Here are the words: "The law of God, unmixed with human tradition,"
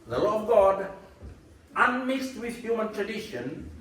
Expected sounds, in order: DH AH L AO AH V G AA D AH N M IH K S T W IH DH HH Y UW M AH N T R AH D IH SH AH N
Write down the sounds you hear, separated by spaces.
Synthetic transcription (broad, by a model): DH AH L AO AH V G AA D AH N M IH K S T W IH DH HH Y UW M AH N T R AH D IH SH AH N